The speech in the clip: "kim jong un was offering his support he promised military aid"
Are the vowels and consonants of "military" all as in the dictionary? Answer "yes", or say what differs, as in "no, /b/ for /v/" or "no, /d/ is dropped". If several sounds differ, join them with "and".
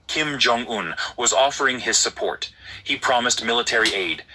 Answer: yes